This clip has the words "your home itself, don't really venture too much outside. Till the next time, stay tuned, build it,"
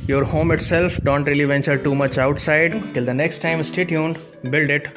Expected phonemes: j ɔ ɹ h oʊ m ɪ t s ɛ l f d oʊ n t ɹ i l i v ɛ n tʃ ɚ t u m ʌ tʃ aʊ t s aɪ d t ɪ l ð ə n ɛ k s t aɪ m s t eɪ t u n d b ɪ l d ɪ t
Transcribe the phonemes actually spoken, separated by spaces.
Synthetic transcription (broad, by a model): j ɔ ɹ h oʊ m ɪ t s ɛ l f d oʊ n t ɹ i l i v ɛ n tʃ ɚ t u m ʌ tʃ aʊ t s aɪ d t ɪ l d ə n ɛ k s t aɪ m s t eɪ t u n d b ɪ l d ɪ t